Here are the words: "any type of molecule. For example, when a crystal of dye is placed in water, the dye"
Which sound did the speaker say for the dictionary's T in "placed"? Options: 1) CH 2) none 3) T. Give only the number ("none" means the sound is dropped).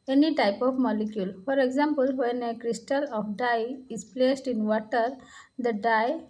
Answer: 3